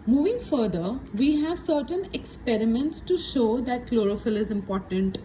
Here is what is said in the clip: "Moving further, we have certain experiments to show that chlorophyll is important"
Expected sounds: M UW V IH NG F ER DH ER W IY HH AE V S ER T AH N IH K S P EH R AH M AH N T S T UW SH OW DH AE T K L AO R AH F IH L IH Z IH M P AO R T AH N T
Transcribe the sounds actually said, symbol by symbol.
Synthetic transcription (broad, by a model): M UW V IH NG F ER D ER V IY HH AE V S ER T AH N IH K S P EH R AH M AH N T S T UW SH OW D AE T K L AO R AH F IH L IH Z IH M P AO R T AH N T